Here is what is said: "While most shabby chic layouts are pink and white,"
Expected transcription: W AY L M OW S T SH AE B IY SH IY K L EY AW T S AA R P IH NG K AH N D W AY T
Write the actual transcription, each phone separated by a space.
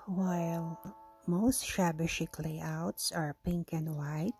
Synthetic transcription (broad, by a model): W AY L M OW S T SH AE B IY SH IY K L EY AW T S AA R P IH NG K AH N D W AY T